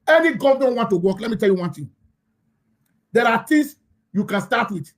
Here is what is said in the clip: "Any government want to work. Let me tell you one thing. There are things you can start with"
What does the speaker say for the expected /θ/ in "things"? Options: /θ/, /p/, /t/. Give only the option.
/t/